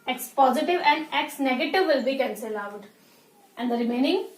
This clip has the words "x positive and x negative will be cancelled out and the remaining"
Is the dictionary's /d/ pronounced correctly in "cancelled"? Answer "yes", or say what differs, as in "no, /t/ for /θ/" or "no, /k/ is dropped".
no, /d/ is dropped